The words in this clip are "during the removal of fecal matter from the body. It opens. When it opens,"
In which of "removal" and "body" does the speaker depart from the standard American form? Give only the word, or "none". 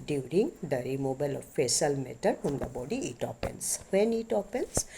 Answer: removal